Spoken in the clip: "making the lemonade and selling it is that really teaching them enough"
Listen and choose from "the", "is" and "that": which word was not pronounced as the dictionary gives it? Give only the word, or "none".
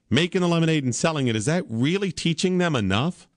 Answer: none